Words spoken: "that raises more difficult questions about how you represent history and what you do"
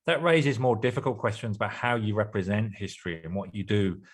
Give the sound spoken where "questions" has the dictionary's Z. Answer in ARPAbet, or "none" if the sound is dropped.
Z